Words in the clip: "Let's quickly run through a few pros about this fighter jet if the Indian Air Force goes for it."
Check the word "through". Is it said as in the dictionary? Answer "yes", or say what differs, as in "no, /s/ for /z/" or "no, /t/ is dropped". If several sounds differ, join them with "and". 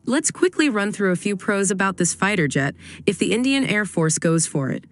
yes